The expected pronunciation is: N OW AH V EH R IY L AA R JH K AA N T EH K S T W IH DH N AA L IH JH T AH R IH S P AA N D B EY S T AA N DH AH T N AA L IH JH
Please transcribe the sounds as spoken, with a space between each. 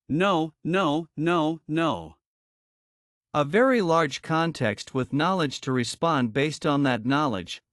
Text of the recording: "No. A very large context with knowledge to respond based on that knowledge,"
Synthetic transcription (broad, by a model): N OW AH V EH R IY L AA R JH K AA N T EH K S T W IH DH N AA L IH JH T AH R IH S P AA N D B EY S T N DH AH T N AA L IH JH